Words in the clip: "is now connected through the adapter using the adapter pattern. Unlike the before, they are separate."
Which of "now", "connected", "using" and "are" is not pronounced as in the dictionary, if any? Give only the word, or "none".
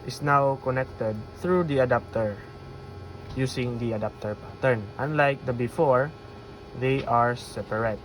using